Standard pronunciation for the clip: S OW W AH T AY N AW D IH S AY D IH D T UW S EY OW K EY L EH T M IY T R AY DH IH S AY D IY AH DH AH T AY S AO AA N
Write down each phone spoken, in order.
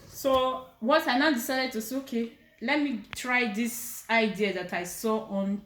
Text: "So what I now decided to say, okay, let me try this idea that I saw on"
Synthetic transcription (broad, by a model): S OW W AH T AY N AW D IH S AY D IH D T UW S EY OW K EY L EH T M IY T R AY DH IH S AY D IY AH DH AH T AY S AO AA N